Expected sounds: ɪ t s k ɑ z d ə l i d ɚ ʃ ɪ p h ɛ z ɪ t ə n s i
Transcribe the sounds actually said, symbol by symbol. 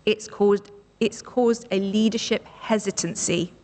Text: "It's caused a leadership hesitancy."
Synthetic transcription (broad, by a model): ɪ t s k ɑ z d ə l i d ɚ ʃ ɪ p h ɛ z ɪ t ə n s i